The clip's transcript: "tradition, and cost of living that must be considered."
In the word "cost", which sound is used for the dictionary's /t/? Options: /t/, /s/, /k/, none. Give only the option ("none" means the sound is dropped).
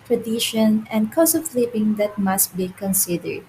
none